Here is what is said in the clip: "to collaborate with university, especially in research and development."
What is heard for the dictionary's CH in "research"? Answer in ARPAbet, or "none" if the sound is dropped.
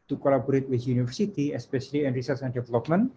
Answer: S